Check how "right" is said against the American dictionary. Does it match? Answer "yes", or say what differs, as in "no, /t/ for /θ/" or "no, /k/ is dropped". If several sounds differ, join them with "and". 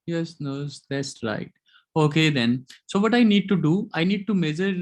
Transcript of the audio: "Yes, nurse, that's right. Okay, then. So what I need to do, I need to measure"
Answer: yes